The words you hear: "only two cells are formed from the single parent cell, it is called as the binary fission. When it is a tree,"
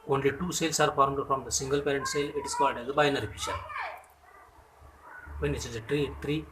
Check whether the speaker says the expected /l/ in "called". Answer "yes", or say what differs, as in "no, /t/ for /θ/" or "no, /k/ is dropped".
no, /l/ is dropped